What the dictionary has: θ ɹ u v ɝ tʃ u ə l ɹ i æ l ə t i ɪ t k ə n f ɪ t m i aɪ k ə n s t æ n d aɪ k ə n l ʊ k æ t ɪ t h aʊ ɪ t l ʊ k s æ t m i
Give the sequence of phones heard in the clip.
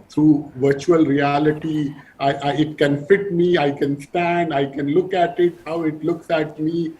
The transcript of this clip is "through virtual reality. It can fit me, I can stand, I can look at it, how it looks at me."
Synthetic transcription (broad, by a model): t ɹ u v ɝ tʃ u ə l ɹ i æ l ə t i ɪ t k ə n f ɪ t m i aɪ k ə n s t æ n d aɪ k ə n l ʊ k æ t ɪ t h aʊ ɪ t l ʊ k s æ t m i